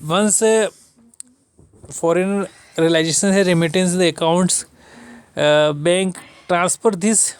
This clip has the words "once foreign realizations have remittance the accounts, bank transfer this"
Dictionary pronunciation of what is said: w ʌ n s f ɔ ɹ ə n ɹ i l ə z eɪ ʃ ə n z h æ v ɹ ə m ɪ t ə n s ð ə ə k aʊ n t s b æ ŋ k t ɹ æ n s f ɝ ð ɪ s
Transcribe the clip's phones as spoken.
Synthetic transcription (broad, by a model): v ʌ n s f ɔ ɹ ə n ɹ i l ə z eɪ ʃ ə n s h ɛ ɹ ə m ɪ t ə n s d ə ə k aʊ n t s b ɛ ŋ k t ɹ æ n s p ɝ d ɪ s